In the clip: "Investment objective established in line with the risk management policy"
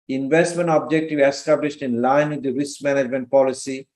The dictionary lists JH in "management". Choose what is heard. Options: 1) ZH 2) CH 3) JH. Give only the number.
3